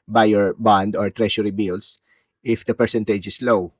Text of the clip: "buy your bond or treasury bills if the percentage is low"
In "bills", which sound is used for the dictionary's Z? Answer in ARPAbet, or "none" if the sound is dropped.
S